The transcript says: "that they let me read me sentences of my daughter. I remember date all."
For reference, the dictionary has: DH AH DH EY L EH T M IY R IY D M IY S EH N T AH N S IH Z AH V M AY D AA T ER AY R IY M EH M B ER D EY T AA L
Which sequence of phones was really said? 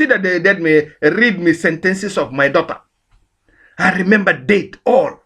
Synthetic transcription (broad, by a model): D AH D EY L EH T M IY R IY D M IY S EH N T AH N S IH S AH V M AY D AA T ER AY R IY M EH M B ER D EY T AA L